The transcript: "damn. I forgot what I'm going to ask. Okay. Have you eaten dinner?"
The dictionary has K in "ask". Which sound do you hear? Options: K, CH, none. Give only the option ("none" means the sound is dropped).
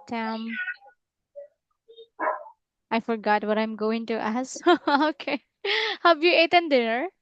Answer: none